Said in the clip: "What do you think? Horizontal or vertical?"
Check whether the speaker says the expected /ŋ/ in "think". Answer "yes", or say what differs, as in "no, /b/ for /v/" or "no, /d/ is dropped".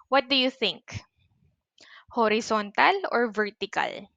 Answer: yes